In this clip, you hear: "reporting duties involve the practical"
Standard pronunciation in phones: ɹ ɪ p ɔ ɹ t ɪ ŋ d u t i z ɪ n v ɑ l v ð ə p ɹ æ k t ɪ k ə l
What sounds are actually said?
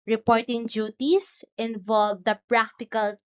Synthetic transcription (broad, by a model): ɹ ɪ p ɔ ɹ t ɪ ŋ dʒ u t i s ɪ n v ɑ l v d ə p ɹ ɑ k t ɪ k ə l